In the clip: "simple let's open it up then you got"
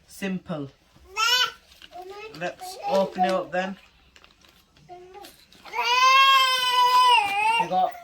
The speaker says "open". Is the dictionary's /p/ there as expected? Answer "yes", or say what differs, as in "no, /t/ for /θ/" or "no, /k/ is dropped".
no, /f/ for /p/